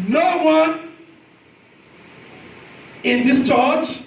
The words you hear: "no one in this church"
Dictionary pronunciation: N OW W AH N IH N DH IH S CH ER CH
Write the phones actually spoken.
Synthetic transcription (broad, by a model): N OW W AH N IH N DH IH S CH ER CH